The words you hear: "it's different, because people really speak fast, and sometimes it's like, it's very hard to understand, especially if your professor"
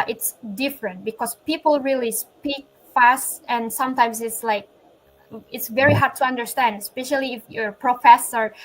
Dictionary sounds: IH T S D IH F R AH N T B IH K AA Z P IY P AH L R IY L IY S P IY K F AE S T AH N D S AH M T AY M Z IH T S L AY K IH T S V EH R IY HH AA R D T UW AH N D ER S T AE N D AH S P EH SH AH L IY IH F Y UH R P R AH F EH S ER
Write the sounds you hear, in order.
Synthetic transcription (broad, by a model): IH T S D IH F R AH N T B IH K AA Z P IY P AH L R IY L IY S P IY K F AE S T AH N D S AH M T AY M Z IH T S L AY K IH T S V EH R IY HH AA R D T UW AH N D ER S T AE N D AH S P EH SH AH L IY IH F Y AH R P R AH F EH S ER